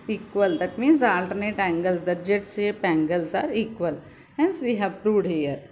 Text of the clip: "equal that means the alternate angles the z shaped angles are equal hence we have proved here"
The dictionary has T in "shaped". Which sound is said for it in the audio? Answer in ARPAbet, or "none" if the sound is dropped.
none